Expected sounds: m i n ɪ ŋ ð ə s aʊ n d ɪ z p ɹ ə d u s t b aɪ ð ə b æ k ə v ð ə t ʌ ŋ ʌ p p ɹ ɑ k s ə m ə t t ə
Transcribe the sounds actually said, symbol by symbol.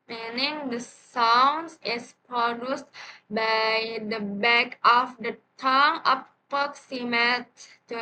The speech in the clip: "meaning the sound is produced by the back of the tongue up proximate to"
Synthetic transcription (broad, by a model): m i n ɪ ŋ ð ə s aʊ n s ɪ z p ɹ ə d u s t b aɪ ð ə b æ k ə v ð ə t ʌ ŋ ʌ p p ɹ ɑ k s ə m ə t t